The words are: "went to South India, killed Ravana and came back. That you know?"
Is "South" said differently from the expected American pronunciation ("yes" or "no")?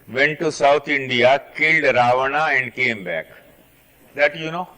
yes